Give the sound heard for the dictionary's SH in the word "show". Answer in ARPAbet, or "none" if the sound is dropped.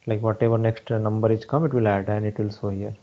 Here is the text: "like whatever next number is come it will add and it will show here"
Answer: S